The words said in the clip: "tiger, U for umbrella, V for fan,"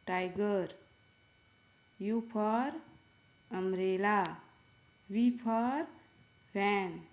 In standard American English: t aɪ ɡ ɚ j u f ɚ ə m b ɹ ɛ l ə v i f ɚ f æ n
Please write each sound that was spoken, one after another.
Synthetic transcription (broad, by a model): t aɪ ɡ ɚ j u p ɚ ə m ɹ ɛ l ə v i p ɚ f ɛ n